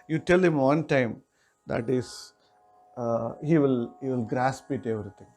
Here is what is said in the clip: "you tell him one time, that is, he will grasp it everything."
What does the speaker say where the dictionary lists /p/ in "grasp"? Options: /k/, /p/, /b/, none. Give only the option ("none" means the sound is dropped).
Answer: /p/